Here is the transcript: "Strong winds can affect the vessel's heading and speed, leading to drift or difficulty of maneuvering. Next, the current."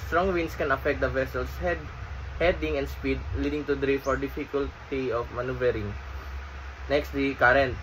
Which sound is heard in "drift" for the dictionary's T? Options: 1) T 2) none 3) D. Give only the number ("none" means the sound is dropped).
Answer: 2